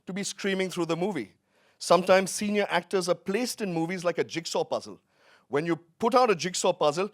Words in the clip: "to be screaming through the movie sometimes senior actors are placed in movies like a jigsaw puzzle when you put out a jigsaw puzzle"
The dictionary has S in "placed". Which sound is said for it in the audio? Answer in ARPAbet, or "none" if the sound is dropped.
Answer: S